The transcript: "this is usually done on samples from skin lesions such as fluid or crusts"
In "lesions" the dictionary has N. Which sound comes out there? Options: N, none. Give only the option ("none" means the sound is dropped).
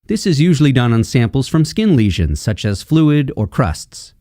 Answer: N